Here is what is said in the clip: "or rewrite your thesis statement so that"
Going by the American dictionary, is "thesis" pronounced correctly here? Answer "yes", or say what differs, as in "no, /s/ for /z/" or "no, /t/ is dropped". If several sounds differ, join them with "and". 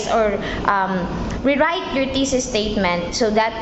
no, /t/ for /θ/